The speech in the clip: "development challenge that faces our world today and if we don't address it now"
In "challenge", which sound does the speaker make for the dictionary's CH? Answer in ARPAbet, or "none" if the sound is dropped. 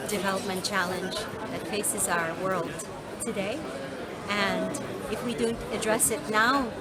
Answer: CH